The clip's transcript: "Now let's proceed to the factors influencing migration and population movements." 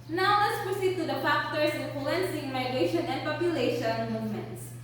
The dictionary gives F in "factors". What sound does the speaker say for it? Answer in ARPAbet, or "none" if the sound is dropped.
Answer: P